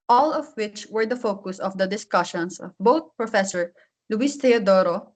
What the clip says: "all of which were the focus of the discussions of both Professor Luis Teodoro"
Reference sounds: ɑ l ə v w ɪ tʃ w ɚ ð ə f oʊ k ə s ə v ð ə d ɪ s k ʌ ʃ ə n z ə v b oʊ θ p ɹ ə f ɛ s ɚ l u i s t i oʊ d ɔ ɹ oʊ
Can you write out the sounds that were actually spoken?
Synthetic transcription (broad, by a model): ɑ l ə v w ɪ tʃ w ɚ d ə f oʊ k ə s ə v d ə d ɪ s k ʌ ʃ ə n s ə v b oʊ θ p ɹ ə f ɛ s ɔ l u i s t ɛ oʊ d ɔ ɹ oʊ